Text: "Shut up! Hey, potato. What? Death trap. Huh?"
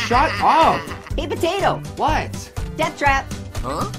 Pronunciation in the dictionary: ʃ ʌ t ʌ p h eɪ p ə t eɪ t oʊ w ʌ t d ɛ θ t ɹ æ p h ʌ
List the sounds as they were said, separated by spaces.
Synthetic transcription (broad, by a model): ʃ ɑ t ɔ f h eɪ p ə t eɪ t oʊ w ʌ t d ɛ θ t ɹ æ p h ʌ